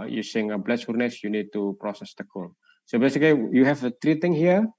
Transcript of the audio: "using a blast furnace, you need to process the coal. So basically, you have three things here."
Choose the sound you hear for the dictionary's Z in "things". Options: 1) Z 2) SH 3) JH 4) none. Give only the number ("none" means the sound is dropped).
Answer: 4